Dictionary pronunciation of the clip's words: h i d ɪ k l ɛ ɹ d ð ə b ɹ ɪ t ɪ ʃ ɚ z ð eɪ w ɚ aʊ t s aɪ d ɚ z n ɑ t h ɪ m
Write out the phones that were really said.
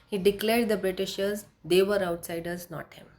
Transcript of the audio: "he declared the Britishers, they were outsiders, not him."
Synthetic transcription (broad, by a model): h i d ɪ k l ɛ ɹ d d ə b ɹ ɪ t ɪ ʃ ɚ z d eɪ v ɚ aʊ t s aɪ d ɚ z n ɑ t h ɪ m